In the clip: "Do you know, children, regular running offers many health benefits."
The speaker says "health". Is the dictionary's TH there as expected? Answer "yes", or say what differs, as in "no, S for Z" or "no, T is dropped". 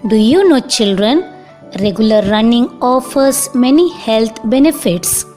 no, T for TH